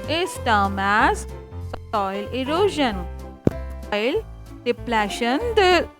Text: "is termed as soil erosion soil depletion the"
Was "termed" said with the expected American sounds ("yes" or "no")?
no